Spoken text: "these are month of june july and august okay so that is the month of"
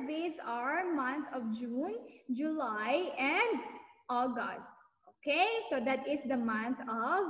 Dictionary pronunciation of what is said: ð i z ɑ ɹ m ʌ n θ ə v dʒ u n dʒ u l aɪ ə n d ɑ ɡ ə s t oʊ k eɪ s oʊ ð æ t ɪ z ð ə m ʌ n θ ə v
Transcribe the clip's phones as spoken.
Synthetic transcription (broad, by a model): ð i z ɑ ɹ m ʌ n t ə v dʒ u n dʒ u l aɪ ə n d ɑ ɡ ə s t oʊ k eɪ s oʊ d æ t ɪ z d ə m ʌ n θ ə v